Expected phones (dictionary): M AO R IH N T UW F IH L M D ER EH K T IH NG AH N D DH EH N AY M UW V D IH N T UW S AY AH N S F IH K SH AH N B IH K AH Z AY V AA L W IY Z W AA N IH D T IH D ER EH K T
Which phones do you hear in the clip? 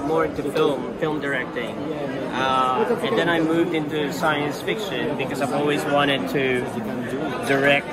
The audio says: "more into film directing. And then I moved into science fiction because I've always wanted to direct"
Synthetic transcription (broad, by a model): M AO R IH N T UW F IH L M D ER EH K T IH NG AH N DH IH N AY M UW V D IH N T UW S AY AH N S F IH K SH AH N B IH K AH Z AY V AA L W IY Z W AA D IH D T IH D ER EH K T